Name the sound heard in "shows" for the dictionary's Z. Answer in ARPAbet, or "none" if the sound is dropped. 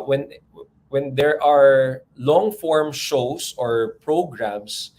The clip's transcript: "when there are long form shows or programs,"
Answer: S